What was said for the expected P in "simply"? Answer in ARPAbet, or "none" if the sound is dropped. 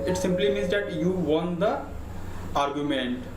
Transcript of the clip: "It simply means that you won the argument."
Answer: P